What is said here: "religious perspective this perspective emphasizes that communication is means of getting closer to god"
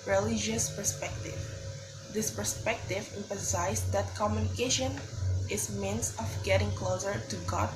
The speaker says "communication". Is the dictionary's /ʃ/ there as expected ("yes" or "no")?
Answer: yes